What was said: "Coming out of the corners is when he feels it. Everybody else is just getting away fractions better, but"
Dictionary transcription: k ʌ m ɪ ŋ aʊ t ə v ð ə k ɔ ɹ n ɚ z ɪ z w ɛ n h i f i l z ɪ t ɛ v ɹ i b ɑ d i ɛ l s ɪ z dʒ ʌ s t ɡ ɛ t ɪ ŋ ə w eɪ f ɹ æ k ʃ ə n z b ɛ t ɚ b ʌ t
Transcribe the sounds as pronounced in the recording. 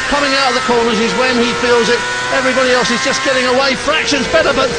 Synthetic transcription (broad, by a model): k ʌ m ɪ ŋ aʊ t ə v ð ə k ɔ ɹ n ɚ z ɪ z w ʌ n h i f i l z ɪ t ɛ v ɹ i b ɑ d i ɛ l s ɪ z dʒ ʌ s ɡ ɛ t ɪ ŋ ə w eɪ f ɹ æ k ʃ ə n z b ɛ t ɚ b ʌ t